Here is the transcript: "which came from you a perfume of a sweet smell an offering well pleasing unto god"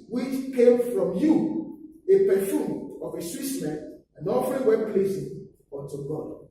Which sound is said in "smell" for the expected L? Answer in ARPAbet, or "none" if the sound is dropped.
N